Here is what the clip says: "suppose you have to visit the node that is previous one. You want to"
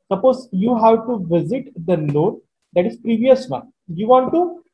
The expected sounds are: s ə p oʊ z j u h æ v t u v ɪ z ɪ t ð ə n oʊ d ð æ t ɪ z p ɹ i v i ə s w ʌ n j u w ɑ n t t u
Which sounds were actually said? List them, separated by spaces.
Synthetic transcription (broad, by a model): s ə p oʊ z j u h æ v t u v ɪ z ɪ t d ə l oʊ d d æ t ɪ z p ɹ i v i ə s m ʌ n j u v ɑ n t t u